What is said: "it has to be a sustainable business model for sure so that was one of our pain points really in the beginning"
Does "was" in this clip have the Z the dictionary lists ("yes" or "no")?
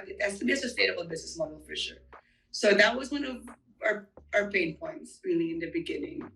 yes